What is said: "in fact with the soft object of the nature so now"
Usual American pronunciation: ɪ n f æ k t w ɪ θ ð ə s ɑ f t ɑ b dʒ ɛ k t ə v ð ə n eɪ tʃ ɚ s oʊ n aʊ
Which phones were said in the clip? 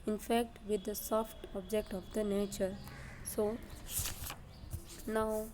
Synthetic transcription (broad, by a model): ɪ n f æ k t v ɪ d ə s ɑ f t ɑ b dʒ ɛ k t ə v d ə n eɪ tʃ ɚ s oʊ n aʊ